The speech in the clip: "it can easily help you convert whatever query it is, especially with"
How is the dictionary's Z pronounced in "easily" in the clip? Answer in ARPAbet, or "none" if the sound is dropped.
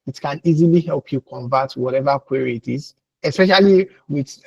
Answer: Z